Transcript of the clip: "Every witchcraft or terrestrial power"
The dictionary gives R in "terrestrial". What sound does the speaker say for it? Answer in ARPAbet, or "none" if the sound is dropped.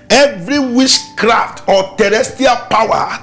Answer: none